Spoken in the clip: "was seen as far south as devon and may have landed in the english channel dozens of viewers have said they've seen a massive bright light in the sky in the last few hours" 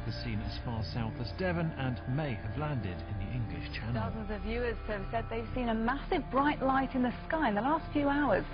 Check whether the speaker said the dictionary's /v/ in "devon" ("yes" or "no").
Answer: yes